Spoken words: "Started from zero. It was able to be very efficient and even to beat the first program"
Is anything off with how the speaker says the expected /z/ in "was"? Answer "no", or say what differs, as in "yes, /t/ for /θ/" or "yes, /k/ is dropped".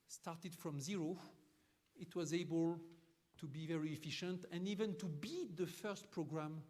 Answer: no